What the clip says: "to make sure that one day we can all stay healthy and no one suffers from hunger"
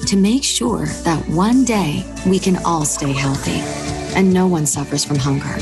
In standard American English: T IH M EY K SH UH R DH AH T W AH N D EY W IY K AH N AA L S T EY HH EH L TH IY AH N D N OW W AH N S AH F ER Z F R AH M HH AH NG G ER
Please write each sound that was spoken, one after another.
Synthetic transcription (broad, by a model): T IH M EY K SH UH R DH AH T W AH N D EY W IY K AH N AA L S T EY HH EH L TH IY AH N N OW W AH N S AH F ER Z F R AH M HH AH NG G ER